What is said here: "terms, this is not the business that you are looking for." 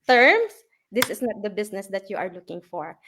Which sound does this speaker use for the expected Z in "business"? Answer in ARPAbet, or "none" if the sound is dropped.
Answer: S